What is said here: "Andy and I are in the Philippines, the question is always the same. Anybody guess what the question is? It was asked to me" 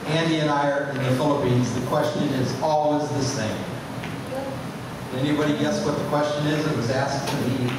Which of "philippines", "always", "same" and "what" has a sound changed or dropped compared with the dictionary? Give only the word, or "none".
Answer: none